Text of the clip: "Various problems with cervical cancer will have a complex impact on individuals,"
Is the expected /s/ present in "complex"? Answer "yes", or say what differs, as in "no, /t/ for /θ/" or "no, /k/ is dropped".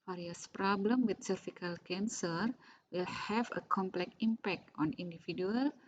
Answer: no, /s/ is dropped